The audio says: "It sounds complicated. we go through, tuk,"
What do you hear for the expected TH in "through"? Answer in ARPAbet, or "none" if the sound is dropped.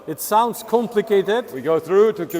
TH